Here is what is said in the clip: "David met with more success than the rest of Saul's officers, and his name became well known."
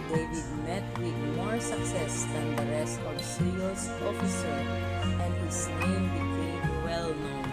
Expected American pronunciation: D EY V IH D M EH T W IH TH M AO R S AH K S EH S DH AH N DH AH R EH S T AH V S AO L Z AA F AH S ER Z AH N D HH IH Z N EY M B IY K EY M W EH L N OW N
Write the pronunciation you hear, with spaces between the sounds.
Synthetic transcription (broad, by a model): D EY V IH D M EH T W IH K M AO R S AH K S EH S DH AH N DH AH R EH S T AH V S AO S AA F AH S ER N AH N D HH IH S N EY M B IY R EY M W EH L N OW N